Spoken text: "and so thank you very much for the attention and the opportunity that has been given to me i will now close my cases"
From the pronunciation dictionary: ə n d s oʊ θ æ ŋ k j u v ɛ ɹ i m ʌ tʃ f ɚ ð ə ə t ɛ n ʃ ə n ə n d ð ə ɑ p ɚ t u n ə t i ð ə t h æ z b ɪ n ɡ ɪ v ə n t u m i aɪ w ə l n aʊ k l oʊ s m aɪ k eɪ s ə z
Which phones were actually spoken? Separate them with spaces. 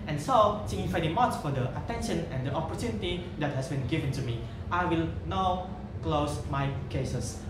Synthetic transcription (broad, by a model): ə n s oʊ s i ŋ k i f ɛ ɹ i m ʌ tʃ f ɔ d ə ə t ɛ n ʃ ə n ə n d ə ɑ p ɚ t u n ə t i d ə t h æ s b ɪ n ɡ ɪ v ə n t u m i aɪ w ə l n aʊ k l oʊ s m aɪ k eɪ s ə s